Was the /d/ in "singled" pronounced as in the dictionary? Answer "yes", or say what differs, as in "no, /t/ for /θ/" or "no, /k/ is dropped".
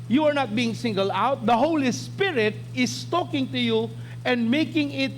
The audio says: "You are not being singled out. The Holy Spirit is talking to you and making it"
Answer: no, /d/ is dropped